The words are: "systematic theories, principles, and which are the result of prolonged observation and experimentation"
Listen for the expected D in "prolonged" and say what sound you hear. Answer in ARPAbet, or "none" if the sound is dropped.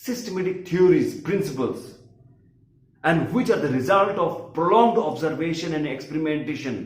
D